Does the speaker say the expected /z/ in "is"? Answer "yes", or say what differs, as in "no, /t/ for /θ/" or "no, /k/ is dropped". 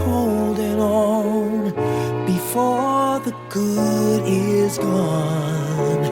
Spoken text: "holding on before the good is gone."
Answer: yes